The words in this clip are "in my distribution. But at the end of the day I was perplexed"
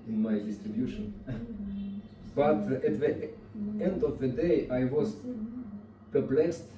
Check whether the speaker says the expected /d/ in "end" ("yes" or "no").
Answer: yes